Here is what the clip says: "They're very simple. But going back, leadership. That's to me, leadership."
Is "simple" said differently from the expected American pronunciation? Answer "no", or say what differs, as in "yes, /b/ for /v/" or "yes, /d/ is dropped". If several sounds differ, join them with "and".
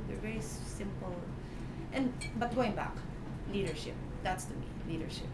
yes, /n/ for /l/